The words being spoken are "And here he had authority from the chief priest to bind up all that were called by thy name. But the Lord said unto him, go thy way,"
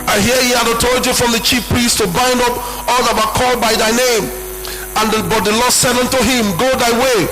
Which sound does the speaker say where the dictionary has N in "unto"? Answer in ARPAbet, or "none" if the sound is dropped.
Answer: N